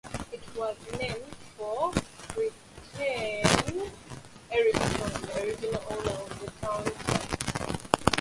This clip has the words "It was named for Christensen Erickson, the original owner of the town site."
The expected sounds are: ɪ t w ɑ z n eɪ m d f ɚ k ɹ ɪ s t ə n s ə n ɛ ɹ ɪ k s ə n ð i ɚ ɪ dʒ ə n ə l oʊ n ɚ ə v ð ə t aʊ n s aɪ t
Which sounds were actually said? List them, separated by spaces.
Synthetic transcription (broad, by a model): ɪ t w ɑ z n eɪ m d f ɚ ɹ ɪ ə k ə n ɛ ɹ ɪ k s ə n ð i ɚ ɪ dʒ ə n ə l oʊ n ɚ ə v ð ə t aʊ n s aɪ